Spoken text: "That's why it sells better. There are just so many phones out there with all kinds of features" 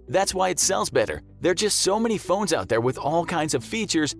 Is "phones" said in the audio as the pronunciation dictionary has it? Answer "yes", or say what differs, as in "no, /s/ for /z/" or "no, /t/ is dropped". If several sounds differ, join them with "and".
yes